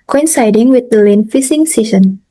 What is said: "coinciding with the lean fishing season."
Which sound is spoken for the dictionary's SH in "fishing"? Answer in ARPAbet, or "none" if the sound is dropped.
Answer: S